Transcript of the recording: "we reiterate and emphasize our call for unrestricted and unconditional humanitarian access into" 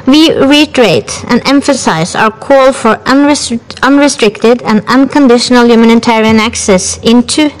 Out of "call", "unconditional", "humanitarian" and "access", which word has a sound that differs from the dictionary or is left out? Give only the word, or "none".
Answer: none